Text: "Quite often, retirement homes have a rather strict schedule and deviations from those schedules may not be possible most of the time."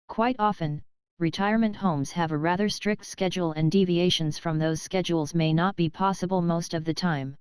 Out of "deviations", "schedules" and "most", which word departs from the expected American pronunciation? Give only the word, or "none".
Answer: none